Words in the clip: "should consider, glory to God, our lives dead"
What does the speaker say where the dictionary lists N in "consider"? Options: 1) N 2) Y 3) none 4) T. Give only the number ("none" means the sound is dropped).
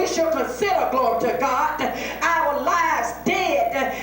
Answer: 3